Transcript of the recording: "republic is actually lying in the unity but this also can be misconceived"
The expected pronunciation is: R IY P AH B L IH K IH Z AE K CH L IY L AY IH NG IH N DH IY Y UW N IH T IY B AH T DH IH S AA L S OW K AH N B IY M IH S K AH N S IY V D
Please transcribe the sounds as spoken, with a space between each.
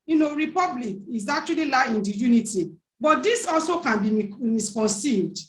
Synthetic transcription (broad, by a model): R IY P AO B L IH K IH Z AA K CH W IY L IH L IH N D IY Y UW N IH T IY B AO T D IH S AA L S OW K AH N B IY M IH S K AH N S IY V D